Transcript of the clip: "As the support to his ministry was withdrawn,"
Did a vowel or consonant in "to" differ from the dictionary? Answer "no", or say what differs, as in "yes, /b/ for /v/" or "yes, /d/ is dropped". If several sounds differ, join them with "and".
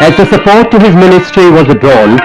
no